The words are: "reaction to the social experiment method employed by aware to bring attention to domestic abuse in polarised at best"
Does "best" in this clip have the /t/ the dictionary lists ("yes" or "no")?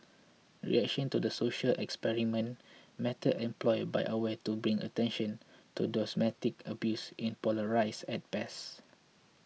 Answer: no